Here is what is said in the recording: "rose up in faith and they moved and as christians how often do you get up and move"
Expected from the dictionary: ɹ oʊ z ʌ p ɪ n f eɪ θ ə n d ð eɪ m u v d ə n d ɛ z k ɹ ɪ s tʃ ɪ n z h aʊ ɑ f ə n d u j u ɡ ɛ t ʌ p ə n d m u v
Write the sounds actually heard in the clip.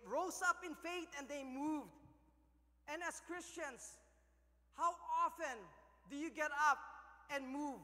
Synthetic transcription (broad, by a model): ɹ oʊ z ʌ p ɪ n f eɪ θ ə n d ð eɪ m u v d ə n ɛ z k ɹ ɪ s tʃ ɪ n s h aʊ ɑ f ə n d u j u ɡ ɛ t ʌ p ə n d m u v